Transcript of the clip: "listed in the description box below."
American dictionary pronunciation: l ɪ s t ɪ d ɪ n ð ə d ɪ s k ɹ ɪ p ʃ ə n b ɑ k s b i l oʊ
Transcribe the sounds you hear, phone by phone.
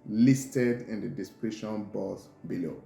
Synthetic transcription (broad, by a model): l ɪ s t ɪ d ɪ n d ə d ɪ s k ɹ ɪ ʃ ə n b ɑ s b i l oʊ